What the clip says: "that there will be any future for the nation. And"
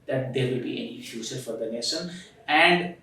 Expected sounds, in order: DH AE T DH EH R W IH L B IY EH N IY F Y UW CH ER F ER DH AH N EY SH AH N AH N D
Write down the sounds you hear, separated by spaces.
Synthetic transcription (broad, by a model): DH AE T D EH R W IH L B IY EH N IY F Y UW S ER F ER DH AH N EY S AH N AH N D